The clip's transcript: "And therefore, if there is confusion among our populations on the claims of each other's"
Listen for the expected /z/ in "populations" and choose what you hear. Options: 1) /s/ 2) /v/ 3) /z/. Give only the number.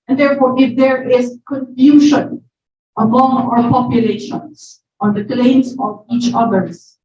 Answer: 1